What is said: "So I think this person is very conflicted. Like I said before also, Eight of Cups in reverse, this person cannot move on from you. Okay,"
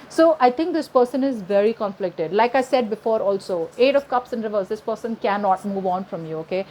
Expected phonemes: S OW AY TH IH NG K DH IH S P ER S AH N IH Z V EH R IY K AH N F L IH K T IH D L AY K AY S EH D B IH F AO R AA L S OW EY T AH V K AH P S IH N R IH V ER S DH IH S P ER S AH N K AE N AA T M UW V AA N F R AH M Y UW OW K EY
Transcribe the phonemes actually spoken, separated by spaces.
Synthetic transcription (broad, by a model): S OW AY T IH NG K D IH S P ER S AH N IH Z V EH R IY K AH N F L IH K T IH D L AY K AY S EH D B IH F AO R AA L S OW EY T AH V K AH P S IH N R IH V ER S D IH S P ER S AH N K AE N AA T M UW V AA N F R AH M Y UW OW K EY